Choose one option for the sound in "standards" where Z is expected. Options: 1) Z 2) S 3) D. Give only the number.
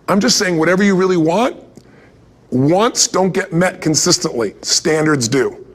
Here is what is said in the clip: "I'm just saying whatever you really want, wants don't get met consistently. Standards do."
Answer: 1